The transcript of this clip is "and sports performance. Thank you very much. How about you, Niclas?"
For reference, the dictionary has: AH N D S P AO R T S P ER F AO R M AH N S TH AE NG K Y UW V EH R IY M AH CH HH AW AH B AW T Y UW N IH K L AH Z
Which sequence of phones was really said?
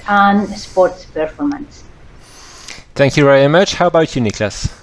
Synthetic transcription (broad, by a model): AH N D S P AO R T S P ER F AO R M AH N S TH AE NG K Y UW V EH R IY M AH CH HH AW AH B AW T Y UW N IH K L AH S